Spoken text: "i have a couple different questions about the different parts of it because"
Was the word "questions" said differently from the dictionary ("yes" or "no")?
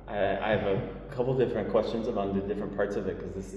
no